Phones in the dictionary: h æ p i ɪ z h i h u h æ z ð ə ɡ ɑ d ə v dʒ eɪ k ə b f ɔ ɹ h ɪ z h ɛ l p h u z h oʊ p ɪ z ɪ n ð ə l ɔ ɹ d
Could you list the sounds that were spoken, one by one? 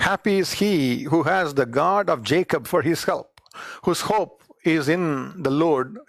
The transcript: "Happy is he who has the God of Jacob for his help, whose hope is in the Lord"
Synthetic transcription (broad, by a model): h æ p i ɪ z h i h u h æ z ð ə ɡ ɑ d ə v dʒ eɪ k ə b f ɔ ɹ h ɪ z h ɛ l p h u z h oʊ p ɪ z ɪ n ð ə l ɔ ɹ d